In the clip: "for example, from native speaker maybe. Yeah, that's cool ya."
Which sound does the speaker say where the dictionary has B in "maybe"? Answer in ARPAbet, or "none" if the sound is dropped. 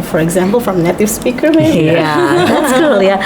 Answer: none